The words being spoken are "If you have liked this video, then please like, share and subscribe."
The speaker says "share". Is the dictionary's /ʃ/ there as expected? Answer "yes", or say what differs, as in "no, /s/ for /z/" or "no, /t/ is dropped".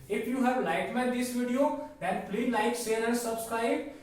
no, /s/ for /ʃ/